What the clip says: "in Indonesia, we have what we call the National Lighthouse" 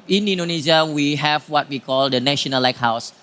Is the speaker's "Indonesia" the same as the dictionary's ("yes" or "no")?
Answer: no